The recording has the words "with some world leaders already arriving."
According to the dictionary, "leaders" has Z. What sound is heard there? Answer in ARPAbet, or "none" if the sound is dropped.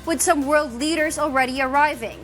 Z